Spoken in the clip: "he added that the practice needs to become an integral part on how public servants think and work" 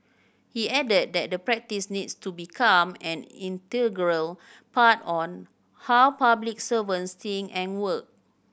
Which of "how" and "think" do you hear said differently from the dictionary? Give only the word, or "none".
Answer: think